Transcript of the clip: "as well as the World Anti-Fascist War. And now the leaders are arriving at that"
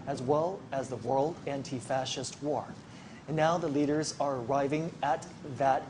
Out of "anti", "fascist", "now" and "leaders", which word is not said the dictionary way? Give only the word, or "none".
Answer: none